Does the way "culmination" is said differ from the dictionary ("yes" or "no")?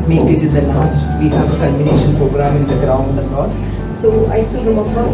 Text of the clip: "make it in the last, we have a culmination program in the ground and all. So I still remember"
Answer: yes